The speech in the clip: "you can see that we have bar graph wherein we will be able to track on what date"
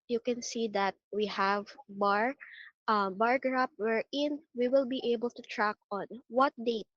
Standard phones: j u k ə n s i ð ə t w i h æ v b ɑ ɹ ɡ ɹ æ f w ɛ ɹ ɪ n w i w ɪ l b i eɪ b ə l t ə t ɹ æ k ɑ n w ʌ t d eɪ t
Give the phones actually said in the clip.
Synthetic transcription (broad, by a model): j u k ə n s i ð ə t w i h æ v b ɑ ɹ ɡ ɹ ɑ p w ɛ ɹ ɪ n w i w ɪ l b i eɪ b ə l t ə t ɹ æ k ɑ n w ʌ t d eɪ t